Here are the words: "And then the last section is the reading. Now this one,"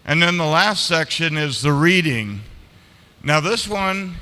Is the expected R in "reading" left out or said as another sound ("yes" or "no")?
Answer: no